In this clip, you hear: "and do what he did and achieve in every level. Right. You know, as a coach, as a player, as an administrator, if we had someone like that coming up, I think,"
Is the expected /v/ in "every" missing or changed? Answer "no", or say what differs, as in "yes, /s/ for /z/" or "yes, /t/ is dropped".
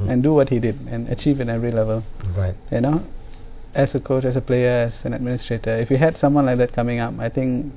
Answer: yes, /v/ is dropped